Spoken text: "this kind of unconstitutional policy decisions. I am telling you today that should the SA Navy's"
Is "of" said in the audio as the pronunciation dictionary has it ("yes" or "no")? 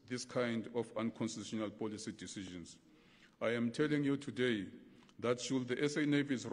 no